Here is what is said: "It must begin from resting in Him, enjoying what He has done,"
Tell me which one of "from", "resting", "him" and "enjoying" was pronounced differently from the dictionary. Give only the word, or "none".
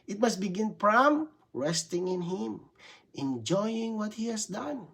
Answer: from